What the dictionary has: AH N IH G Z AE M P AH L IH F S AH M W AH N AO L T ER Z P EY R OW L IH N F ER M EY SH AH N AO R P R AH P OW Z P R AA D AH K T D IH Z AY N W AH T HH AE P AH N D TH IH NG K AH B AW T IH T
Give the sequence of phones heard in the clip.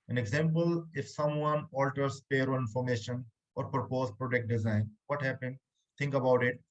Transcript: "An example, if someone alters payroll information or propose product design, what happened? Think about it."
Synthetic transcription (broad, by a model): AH N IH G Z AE M P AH L IH F S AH M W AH N AO L T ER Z P EY R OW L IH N F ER M EY SH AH N AO R P R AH P OW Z P R AA D AH K T D IH Z AY N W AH T HH AE P AH N D T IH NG K AH B AW T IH T